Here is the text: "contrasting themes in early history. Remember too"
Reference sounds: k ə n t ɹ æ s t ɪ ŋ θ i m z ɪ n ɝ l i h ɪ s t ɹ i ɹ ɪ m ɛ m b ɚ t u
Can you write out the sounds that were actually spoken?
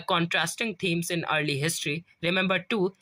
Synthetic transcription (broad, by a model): k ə n t ɹ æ s t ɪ ŋ t i m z ɪ n ɝ l i h ɪ s t ɹ i ɹ ɪ m ɛ m b ɚ t u